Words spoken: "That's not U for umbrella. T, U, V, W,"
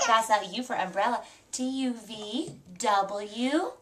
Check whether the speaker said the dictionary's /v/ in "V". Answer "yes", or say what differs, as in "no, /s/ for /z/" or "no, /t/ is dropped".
yes